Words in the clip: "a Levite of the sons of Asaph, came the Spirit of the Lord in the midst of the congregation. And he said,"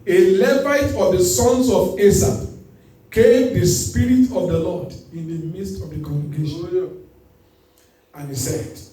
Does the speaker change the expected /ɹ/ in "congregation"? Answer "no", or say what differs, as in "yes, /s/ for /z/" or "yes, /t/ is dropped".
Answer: yes, /ɹ/ is dropped